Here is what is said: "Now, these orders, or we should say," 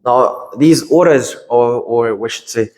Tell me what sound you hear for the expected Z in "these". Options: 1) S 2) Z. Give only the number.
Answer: 2